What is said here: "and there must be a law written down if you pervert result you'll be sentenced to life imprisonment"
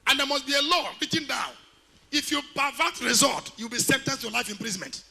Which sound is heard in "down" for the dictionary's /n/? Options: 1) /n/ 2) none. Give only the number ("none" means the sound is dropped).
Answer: 1